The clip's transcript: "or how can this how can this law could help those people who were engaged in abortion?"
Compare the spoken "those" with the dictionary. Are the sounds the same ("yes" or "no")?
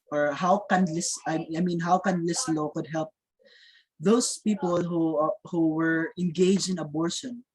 no